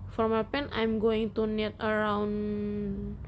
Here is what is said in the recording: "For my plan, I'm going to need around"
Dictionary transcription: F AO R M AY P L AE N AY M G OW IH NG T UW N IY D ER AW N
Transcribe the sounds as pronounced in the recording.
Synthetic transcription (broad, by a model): F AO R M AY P EH N AY M G OW IH NG T UW N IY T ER AW N